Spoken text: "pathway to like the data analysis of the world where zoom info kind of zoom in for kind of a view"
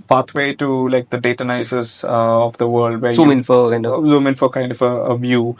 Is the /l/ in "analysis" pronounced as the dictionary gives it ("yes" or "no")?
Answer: no